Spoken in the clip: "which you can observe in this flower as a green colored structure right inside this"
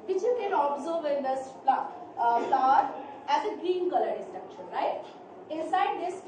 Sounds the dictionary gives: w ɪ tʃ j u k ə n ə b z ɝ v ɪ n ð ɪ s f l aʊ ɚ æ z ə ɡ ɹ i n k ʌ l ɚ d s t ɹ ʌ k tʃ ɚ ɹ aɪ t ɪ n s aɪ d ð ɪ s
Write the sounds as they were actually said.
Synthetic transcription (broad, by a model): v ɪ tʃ j u k ə n ə b z ɝ v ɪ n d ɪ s p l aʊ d æ z ə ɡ ɹ i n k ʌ l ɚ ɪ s t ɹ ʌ k ʃ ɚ ɹ aɪ t ɪ n s aɪ d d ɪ s